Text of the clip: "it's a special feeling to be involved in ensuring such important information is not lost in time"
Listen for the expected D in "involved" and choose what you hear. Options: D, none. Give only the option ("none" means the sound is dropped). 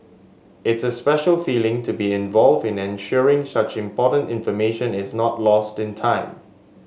D